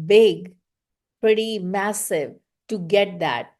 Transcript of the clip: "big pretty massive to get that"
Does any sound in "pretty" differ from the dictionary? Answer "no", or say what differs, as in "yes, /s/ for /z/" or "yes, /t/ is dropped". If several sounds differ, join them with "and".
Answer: no